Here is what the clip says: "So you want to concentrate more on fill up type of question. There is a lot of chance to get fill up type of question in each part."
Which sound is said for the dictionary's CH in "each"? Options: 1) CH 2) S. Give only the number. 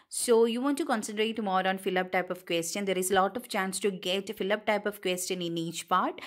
1